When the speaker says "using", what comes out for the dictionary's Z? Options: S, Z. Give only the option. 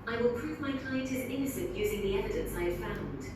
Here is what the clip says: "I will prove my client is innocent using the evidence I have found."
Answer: Z